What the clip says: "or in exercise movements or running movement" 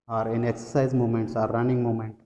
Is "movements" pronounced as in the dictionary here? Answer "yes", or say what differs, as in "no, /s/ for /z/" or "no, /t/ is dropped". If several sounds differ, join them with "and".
no, /v/ is dropped